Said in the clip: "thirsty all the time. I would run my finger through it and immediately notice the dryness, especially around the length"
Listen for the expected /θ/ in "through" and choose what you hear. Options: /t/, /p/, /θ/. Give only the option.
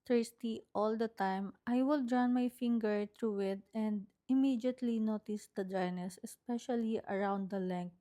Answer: /t/